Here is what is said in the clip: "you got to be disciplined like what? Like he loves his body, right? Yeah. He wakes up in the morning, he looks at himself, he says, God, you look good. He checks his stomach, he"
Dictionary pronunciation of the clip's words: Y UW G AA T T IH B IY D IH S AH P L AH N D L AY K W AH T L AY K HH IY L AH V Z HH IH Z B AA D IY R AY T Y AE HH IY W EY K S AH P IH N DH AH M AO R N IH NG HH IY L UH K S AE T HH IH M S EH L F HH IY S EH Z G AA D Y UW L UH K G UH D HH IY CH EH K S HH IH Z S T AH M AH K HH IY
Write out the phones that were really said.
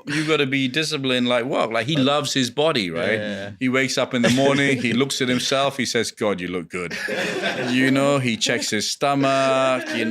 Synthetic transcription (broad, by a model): Y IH G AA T T IH B IY D IH S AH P L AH N L AY K W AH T L AY K HH IY L AH V Z HH IH Z B AA D IY R AY T HH IY W EY K S AH P IH N DH AH M AO R N IH NG IY L UH K S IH T HH IH M S EH L F HH IY S EH Z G AA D Y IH L UH K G UH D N IY CH EH K S HH IH Z S T AH M AH K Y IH